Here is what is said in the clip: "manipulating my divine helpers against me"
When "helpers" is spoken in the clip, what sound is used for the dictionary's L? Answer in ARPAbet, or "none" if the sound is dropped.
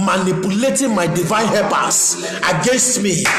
none